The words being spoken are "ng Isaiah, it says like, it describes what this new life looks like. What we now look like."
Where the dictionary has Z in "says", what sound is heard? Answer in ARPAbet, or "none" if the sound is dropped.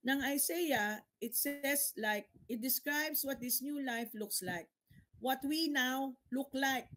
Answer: S